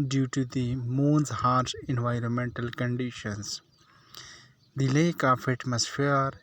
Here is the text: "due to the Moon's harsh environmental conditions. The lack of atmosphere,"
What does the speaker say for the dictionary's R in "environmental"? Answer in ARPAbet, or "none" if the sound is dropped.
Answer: R